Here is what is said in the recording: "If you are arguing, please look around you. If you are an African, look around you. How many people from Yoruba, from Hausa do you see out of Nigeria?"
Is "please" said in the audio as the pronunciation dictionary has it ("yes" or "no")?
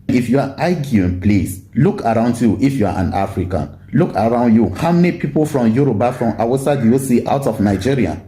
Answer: no